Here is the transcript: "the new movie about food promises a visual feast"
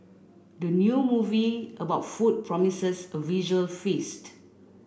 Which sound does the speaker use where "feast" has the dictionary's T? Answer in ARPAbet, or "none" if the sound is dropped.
T